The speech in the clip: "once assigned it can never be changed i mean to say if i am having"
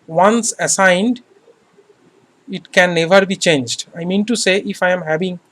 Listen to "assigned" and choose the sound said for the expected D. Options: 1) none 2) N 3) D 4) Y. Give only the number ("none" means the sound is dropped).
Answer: 3